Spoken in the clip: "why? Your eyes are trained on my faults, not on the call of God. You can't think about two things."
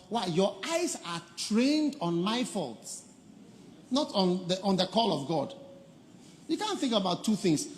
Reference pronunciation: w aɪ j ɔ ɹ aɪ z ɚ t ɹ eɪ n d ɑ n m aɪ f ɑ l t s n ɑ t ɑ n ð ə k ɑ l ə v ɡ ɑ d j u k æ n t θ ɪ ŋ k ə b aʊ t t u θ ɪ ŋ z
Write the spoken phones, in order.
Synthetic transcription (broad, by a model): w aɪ j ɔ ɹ aɪ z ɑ t ɹ eɪ n d ɑ n m aɪ f ɑ l t s n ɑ t ɑ n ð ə k ɑ l ə v ɡ ɑ d j u k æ n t θ ɪ ŋ k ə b aʊ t t u θ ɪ ŋ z